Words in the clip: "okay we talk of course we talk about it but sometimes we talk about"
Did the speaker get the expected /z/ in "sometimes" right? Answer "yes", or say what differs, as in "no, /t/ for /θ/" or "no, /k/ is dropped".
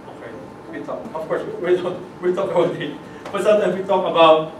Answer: no, /z/ is dropped